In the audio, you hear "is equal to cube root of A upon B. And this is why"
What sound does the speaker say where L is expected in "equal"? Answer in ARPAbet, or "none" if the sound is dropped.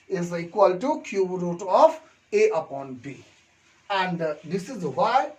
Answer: L